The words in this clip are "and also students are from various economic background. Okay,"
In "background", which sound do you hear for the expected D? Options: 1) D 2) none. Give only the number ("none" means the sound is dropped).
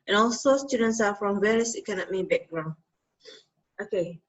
2